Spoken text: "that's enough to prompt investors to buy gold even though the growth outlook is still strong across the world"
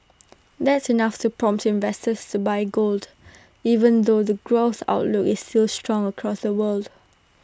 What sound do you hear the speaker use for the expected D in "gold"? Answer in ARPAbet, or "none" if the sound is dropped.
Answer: D